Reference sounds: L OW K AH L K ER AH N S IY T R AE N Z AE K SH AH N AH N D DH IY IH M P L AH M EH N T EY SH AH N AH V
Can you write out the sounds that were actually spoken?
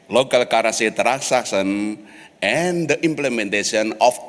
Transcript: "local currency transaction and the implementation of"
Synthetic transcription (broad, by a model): L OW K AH L K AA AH S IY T R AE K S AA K S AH N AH N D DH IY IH M P L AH M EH N T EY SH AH N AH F